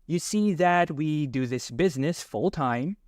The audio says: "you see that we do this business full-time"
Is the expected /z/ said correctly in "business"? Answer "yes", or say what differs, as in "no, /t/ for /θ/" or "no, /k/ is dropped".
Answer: yes